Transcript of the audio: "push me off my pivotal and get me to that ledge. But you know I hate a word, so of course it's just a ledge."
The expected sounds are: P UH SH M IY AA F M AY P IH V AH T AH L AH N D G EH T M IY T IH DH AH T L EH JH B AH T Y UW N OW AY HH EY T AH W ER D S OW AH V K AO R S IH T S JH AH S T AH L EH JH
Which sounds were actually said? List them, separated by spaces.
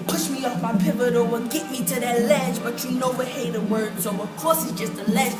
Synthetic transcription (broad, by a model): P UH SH M IY AA F M AY P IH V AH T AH W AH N G EH T M IY T IH DH AH T L EH JH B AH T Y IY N OW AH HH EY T AH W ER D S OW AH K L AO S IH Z JH AH S T AH L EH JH